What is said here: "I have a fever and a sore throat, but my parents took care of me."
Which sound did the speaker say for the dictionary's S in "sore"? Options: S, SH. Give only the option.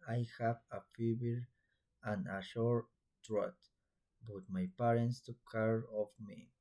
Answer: SH